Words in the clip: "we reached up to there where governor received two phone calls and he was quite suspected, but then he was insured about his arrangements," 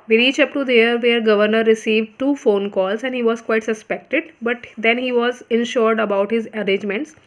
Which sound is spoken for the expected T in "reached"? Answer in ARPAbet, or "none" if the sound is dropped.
none